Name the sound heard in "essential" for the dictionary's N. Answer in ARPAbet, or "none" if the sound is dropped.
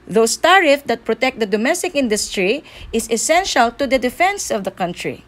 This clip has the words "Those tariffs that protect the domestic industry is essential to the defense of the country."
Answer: N